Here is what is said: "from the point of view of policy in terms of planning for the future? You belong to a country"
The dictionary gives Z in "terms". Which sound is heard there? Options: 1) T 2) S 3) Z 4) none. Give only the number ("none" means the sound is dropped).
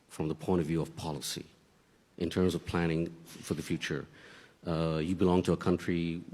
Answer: 3